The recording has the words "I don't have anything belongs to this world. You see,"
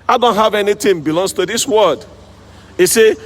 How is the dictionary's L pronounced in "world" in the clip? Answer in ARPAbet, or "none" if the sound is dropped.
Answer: none